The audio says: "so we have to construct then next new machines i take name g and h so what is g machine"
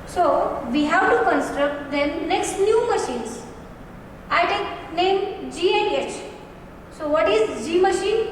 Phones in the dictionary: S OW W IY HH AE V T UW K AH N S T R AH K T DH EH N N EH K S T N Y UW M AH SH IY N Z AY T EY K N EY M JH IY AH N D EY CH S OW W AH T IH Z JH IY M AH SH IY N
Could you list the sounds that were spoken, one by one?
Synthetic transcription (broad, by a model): S OW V IY HH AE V T UW K AH N S T R AH K T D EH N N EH K S T N Y UW M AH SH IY N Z AY T EY K N EY M JH IY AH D EY CH S OW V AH T IH Z JH IY M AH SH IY N